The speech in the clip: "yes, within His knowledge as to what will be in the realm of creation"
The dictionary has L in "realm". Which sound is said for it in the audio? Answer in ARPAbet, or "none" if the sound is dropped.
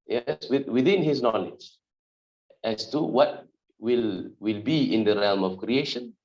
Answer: L